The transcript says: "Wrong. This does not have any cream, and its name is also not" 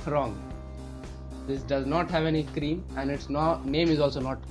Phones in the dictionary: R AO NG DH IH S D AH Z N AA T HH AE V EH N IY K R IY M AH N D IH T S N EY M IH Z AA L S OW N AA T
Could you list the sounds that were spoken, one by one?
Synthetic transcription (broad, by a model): R AO NG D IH S D AH Z N AA T HH AE V EH N IY K R IY M AH N D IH T S N EY M IH Z AA L S OW N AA T